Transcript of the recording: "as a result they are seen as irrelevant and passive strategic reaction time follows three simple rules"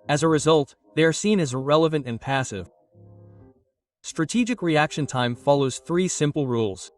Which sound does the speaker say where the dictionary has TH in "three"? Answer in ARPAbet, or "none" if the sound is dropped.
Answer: TH